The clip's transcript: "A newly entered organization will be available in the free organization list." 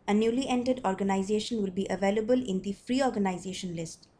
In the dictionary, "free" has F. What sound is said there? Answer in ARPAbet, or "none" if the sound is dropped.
F